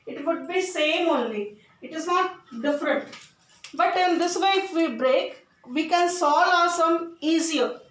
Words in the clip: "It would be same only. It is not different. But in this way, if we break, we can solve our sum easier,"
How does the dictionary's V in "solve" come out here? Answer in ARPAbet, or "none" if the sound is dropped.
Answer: none